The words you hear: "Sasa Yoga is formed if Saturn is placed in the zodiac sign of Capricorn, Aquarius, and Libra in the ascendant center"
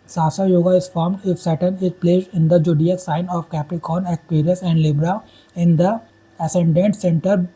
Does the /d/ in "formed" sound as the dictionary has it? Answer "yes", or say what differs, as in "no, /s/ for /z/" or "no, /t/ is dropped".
yes